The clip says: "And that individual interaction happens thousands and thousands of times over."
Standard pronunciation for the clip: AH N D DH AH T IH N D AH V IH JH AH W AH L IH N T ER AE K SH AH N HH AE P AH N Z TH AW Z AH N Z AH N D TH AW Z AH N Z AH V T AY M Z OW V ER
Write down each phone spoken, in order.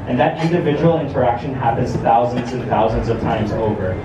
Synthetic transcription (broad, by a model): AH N DH AH T IH N D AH V IH JH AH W L IH N T ER AE K SH AH N HH AE P AH N Z TH AW Z AH N Z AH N TH AW Z AH N Z AH V T AY M Z OW V ER